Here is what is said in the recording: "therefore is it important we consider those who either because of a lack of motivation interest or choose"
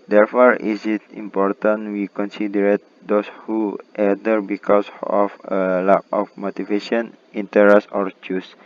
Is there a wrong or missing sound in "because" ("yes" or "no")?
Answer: yes